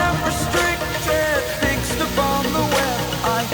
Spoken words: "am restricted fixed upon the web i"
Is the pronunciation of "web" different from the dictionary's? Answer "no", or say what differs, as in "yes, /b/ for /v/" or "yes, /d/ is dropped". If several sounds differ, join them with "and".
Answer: yes, /b/ is dropped